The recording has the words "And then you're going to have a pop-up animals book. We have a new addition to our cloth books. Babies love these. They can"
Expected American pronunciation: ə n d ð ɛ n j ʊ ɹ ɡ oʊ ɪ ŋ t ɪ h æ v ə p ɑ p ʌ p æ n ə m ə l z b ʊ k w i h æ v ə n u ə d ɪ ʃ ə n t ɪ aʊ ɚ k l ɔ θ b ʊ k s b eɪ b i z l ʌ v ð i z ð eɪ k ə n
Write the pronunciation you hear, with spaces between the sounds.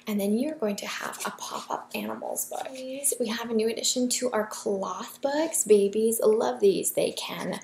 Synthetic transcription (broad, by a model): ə n ð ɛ n j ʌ ɹ ɡ oʊ ɪ ŋ t ɪ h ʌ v ə p ɑ p ʌ p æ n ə m l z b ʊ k w i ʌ v ə n u ə d ɪ ʃ ə n t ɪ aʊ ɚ k l ɔ θ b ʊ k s b eɪ b i z l ʌ v ð i z ð eɪ k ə n